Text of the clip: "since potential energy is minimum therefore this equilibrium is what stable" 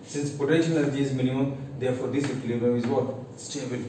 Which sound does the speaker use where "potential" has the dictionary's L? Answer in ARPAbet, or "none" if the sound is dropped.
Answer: N